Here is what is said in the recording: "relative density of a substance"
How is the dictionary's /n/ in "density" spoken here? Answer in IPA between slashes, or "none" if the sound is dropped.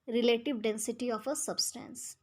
/n/